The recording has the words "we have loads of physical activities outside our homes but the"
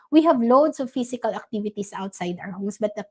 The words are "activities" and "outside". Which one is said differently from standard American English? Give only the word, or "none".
activities